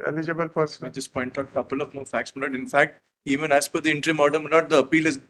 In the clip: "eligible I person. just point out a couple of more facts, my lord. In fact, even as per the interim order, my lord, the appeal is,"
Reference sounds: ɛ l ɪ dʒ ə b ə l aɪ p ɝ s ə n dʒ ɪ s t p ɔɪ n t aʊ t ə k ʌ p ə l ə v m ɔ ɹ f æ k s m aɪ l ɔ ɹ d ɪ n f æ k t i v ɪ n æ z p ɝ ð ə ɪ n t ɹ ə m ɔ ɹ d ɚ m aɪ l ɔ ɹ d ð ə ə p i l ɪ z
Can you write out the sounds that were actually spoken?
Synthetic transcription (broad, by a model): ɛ l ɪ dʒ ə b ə l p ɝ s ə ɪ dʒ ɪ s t p ɔɪ n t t ə k ʌ p ə l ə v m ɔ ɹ f æ k s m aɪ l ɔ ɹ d ɪ n f æ k t i v ɪ n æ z f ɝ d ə ɪ n t ɹ ə m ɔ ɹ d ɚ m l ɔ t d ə ə p i l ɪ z